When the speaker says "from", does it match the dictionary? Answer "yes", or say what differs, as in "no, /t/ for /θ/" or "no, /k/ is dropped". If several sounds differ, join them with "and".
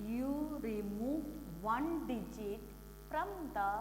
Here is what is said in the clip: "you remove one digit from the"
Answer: no, /p/ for /f/